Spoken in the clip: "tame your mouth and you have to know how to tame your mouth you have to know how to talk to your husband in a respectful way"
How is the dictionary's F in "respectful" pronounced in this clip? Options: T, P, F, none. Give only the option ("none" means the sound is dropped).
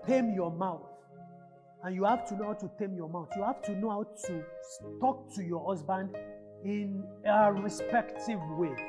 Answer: none